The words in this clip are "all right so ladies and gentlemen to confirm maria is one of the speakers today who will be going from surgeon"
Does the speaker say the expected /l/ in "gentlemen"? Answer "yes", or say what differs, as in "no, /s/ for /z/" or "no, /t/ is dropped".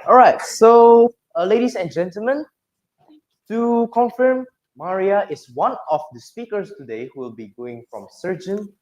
yes